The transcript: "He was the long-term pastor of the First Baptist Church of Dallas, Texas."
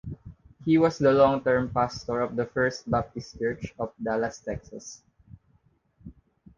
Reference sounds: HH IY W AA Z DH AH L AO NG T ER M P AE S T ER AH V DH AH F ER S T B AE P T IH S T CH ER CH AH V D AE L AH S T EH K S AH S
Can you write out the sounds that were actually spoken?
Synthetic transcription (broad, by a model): HH IY W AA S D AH L AO NG T ER M P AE S T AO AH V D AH F ER S T B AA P T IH S T CH ER CH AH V D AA L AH S T EH K S AH S